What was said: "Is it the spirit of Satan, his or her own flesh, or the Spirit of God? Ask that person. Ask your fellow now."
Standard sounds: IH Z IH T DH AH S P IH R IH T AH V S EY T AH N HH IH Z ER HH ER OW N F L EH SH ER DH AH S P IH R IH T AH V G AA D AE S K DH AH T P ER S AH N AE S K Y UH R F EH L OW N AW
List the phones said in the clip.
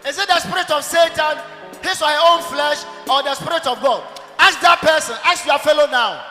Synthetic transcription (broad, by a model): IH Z IH T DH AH S P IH R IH T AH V S EY T AH N HH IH S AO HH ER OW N F L EH SH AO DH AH S P IH R IH T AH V G AA D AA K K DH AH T P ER S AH N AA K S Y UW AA F EH L OW N AW